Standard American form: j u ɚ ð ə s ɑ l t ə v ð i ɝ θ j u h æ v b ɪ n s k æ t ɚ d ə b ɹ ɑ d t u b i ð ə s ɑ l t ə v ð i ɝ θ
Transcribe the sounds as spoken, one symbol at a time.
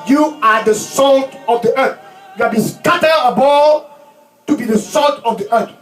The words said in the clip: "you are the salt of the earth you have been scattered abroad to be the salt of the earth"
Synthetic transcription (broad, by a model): j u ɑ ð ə s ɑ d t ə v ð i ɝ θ j u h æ b ɪ n s k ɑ t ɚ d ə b ɑ t u b i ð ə s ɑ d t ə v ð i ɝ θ